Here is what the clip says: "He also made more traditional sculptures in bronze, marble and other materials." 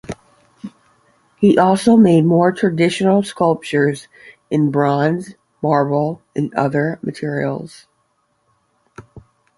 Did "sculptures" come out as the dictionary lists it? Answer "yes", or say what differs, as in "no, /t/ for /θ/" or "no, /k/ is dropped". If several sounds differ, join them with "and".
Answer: yes